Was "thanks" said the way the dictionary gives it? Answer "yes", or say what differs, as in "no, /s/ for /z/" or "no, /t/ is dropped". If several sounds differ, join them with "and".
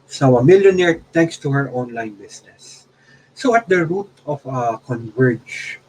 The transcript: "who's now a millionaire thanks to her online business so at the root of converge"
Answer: no, /t/ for /θ/